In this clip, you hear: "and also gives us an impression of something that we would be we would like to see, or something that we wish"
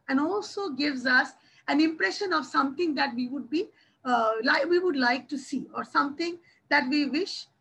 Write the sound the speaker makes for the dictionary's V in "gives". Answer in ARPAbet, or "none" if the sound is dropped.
V